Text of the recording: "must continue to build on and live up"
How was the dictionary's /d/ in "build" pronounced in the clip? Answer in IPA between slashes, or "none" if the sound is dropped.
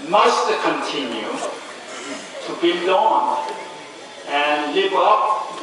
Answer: none